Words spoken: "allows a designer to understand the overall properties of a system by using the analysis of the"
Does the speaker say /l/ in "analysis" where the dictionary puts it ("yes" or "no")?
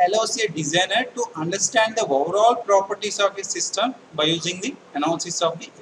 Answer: no